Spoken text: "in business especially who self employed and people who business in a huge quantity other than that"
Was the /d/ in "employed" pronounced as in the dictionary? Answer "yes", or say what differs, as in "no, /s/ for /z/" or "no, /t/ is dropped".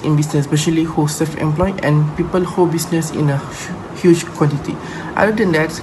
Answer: no, /d/ is dropped